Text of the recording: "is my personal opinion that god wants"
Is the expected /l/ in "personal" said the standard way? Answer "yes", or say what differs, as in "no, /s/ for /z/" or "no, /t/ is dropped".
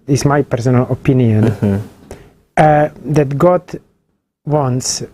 yes